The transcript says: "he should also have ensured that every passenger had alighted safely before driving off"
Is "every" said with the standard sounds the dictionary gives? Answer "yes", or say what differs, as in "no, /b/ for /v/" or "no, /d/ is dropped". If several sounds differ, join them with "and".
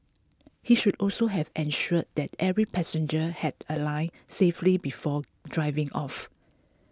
yes